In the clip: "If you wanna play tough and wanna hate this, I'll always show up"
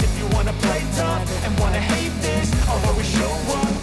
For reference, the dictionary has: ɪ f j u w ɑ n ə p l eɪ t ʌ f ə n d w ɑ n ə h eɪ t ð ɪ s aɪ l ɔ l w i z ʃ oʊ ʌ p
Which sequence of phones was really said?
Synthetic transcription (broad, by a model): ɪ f j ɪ w ɑ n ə p l eɪ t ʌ p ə n w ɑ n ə h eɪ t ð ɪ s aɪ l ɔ w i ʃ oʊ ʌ